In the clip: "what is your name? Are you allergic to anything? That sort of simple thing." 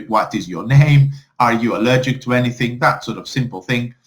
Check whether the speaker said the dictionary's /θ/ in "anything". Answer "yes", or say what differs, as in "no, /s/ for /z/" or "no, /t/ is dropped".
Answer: yes